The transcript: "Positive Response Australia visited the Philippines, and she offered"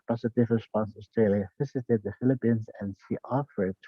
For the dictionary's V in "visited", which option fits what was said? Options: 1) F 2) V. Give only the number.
1